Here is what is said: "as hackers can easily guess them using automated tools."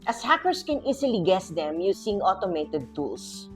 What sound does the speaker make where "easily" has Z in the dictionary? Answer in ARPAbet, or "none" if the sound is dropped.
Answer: S